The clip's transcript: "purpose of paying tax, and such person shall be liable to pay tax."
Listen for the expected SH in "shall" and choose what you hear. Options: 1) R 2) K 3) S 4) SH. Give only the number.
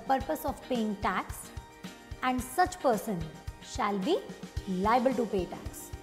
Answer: 4